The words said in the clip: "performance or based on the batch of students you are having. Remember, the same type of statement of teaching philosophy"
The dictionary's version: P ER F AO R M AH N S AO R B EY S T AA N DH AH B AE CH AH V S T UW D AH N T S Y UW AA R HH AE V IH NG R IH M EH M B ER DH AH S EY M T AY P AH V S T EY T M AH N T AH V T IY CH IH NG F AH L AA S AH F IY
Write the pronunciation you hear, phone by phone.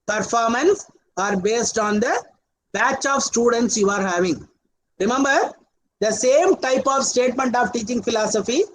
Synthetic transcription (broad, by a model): P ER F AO R M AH N S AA R B EY S T AA N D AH B AE CH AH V S T UW D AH N T S Y UW AA R HH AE V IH NG R IH M EH M B ER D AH S EY M T AY P AH V S T EY T M AH N T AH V T IY CH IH NG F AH L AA S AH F IY